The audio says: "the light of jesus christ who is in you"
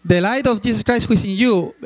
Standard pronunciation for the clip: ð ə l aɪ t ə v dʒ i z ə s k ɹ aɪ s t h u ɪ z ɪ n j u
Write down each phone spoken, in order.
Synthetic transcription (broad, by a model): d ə l aɪ t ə f dʒ i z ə s k ɹ aɪ s t h u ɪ s ɪ n j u